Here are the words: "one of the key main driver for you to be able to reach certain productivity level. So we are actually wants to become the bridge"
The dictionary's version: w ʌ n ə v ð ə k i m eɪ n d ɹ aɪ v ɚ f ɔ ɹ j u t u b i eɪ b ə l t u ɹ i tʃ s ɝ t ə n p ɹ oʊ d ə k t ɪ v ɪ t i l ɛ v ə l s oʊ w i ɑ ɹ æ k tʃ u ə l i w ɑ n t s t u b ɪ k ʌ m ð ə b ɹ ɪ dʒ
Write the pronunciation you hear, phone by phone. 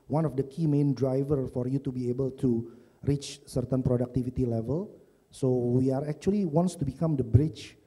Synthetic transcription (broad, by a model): w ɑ n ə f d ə k i m eɪ n d ɹ aɪ v ɚ f ɔ ɹ j u t u b i eɪ b ə l t u ɹ i tʃ s ɝ t ə n p ɹ oʊ d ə k t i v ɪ t i l ɛ v ə l s oʊ w i ɑ ɹ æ k tʃ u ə l i w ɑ n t s t u b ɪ k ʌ m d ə b ɹ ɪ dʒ